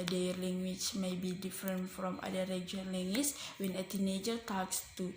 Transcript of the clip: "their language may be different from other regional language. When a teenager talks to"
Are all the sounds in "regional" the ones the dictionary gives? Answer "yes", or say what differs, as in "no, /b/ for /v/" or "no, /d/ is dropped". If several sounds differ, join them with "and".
no, /n/ is dropped